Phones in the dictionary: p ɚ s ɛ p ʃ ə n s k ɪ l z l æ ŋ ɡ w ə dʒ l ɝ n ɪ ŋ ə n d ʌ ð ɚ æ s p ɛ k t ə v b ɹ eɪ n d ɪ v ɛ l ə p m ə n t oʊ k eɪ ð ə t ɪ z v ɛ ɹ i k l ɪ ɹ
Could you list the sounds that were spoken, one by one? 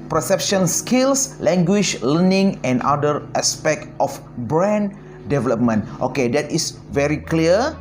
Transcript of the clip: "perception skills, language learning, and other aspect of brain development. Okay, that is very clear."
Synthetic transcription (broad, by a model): p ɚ s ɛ p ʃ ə n s k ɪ l s l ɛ ŋ ɡ w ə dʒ l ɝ n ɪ ŋ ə n d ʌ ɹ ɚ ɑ s p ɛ k t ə f b ɹ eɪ n d ɪ v ɛ l ə p m ə n t oʊ k eɪ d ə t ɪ s v ɛ ɹ i k l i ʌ